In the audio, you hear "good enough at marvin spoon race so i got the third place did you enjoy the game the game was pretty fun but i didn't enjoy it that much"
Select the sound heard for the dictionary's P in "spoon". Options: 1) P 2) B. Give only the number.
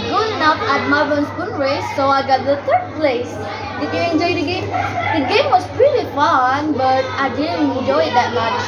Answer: 2